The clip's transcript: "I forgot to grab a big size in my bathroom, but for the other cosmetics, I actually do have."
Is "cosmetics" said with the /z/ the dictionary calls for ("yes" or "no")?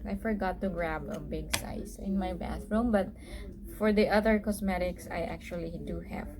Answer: no